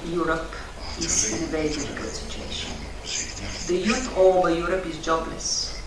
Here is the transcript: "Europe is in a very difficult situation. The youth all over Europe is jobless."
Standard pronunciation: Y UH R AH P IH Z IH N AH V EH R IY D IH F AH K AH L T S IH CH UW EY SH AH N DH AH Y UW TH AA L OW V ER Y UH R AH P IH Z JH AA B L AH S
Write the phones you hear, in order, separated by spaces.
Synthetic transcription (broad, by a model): Y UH R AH P IH Z IH N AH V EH IY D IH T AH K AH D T S IH CH UW EY SH AH N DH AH Y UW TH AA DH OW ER Y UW R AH P IH Z JH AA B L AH S